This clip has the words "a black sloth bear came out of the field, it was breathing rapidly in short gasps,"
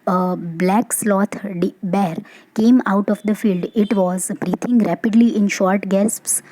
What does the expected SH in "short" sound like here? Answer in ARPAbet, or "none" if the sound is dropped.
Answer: SH